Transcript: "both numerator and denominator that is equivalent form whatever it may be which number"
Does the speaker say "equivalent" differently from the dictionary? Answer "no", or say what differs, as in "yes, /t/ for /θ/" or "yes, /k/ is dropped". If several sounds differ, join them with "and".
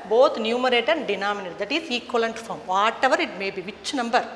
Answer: yes, /v/ is dropped